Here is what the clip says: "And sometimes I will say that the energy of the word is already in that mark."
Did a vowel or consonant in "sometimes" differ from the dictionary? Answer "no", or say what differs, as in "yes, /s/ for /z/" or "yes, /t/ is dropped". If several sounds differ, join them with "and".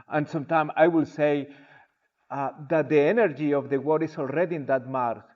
yes, /z/ is dropped